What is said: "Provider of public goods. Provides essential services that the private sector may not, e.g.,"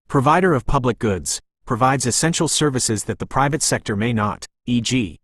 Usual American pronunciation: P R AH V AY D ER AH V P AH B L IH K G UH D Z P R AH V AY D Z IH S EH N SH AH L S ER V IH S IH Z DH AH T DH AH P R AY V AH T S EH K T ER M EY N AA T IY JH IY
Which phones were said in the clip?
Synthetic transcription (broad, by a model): P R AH V AY D ER AH V P AH B L IH K G UH D Z P R AH V AY D Z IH S EH N SH L S ER V IH S IH Z DH AH T DH AH P R AY V AH T S EH K T ER M EY N AA T IY JH IY